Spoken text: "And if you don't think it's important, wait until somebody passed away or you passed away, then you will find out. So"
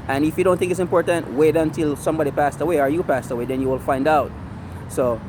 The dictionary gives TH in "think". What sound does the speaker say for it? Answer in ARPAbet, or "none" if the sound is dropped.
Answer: TH